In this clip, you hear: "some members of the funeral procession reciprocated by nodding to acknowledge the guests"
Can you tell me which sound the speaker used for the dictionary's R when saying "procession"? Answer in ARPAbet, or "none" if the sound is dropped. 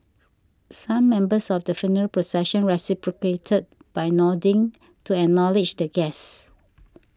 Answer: R